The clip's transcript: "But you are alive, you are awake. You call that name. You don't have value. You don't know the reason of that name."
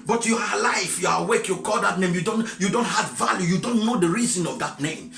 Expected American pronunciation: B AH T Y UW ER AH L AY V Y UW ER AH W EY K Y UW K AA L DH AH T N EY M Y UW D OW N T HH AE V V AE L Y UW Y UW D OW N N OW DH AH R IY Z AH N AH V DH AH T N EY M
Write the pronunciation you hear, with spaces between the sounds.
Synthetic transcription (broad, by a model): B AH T Y UW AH L AY F Y UW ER AH W EY K Y UW K AA L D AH T N EY M Y UW D OW N T HH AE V V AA L Y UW Y UW D OW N N OW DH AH R IY Z AH N AH V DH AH T N EY M